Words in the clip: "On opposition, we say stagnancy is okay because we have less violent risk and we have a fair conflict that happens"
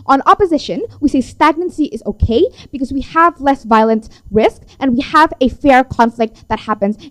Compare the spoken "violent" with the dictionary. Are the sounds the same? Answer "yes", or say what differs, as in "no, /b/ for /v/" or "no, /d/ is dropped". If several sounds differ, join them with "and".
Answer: yes